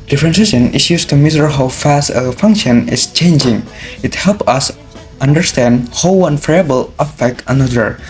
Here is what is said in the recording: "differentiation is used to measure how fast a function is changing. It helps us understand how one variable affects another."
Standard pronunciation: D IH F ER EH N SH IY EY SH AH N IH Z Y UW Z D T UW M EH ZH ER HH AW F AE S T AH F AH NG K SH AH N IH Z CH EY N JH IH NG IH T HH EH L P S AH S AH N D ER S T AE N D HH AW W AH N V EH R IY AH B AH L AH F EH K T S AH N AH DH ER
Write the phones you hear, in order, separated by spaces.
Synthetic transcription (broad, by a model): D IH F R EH N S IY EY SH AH N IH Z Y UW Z T UW M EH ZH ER HH AW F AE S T AH F AH NG K SH AH N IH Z CH EY N JH IH NG IH T HH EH L P AH S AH N D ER S T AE N D HH AW W AH N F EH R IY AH B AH L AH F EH K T AH N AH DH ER